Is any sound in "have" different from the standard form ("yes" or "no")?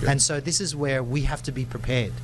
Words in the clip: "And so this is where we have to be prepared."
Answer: yes